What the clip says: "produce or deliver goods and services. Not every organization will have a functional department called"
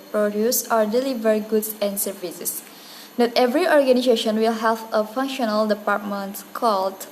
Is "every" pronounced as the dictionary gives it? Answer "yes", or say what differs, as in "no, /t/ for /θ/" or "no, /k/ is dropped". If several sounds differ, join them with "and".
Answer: yes